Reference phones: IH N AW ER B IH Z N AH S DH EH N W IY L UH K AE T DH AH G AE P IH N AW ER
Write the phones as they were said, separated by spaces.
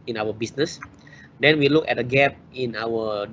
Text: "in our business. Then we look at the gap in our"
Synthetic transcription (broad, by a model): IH N AW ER B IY S N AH S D EH N W IY L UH K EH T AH G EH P IH N AW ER